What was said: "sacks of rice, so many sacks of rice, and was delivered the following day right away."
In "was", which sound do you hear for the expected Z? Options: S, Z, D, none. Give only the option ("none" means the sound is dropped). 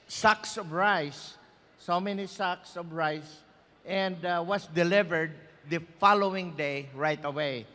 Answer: S